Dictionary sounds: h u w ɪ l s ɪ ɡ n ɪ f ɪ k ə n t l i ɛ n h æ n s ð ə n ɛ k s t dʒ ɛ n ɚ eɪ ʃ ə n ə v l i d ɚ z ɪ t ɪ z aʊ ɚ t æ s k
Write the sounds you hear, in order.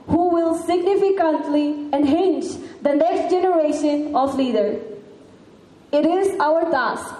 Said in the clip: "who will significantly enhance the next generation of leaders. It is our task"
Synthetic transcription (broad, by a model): h u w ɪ l s ɪ ɡ n ɪ f ɪ k ə n t l i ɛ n h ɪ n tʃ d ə n ɛ k s t dʒ ɛ n ɚ eɪ ʃ ə n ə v l i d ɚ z ɪ t ɪ z aʊ ɚ t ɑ s k